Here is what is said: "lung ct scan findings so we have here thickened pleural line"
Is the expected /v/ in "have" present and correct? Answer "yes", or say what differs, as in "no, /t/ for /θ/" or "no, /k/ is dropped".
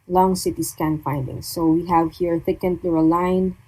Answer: yes